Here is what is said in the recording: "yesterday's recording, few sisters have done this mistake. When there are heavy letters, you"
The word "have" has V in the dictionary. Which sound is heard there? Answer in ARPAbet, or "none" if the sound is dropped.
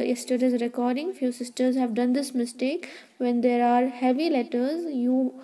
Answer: V